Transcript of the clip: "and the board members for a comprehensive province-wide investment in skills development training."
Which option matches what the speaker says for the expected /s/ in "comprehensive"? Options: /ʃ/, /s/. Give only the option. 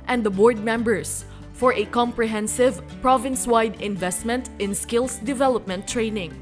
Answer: /s/